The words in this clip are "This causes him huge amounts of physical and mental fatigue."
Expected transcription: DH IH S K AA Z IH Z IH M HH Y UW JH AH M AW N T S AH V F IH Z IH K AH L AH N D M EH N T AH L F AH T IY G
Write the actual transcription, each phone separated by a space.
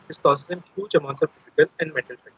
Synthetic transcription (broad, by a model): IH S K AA S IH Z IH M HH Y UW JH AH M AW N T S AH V F IH Z IH K AH L AH N D M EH T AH L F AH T